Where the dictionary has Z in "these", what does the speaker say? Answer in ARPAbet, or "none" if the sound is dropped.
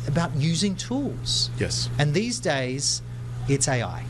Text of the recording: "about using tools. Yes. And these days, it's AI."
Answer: Z